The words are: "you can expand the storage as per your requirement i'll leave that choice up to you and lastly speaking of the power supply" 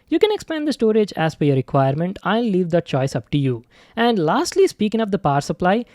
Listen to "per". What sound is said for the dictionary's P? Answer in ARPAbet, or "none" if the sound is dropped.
F